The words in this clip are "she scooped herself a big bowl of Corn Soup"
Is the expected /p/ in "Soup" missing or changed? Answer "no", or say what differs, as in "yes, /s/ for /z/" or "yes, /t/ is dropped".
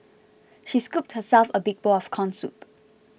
no